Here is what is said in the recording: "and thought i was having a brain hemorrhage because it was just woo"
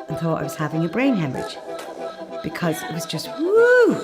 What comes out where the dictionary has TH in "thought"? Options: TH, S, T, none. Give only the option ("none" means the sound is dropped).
TH